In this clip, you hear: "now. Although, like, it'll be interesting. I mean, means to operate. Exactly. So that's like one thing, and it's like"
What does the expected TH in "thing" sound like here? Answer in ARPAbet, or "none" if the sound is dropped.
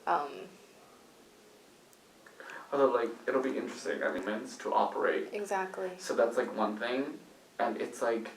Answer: TH